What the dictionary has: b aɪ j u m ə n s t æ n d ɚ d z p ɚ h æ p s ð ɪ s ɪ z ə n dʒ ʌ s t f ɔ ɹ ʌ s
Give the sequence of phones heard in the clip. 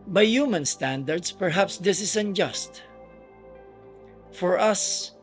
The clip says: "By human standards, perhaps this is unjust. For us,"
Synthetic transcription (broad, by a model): b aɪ j u m ə n s t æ n d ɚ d s p ɚ h æ p s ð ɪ s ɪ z ə n dʒ ʌ s t f ɔ ɹ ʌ s